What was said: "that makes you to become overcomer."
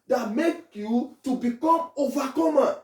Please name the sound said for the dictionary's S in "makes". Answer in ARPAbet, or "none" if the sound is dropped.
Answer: none